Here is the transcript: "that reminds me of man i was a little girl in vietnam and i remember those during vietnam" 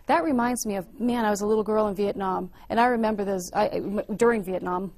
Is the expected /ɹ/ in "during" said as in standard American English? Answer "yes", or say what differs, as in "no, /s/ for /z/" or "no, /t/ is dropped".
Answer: yes